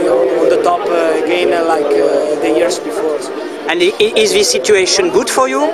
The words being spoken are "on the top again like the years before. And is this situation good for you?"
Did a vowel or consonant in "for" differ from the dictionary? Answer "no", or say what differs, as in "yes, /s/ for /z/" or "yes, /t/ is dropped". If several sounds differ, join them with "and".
no